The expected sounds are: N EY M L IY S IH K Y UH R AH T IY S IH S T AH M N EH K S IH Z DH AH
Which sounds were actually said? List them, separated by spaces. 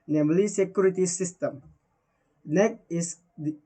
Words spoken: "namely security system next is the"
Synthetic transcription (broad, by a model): N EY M L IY S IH K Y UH R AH T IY S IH S T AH M N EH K IH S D